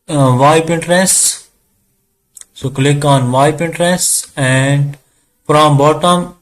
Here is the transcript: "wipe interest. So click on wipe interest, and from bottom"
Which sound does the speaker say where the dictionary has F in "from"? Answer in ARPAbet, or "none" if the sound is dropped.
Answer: P